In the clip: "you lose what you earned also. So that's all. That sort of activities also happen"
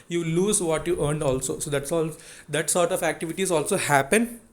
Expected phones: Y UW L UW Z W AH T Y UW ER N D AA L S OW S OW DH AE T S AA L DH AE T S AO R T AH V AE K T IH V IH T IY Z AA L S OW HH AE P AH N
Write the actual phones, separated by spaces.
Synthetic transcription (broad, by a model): Y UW L UW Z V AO T Y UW ER N D AA L S OW S OW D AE T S AA L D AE T S AO R T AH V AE K T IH V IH T IY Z AA L S OW HH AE P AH N